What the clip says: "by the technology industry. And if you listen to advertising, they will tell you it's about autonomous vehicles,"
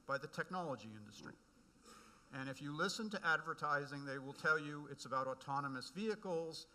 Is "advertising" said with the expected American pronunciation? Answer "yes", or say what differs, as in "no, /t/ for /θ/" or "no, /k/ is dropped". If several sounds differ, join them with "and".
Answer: yes